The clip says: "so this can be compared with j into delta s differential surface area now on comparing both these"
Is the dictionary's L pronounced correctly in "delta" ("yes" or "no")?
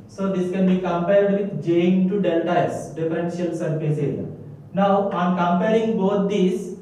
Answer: yes